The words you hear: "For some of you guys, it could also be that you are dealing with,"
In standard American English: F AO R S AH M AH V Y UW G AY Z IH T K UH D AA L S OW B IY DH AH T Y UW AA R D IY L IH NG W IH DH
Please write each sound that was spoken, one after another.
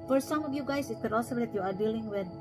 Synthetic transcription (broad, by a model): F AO R S AH M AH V Y UW G AY S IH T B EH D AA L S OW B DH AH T Y UW AA R D IY L IH NG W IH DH